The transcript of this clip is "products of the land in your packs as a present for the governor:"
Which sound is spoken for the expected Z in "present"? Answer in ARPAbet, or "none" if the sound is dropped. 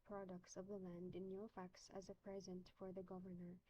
Z